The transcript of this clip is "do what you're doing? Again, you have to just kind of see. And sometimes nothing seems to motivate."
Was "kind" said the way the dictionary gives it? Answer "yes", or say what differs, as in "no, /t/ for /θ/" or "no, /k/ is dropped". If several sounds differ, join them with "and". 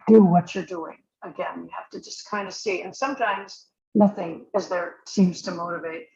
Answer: yes